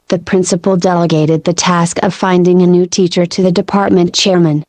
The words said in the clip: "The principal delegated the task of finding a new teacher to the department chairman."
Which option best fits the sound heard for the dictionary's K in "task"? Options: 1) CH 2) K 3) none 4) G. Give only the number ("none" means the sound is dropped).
2